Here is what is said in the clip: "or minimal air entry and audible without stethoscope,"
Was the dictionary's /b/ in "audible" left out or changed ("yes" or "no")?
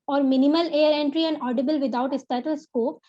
no